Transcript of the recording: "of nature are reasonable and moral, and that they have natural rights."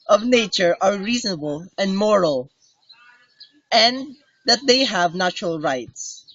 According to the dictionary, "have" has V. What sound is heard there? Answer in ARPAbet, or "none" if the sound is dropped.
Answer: V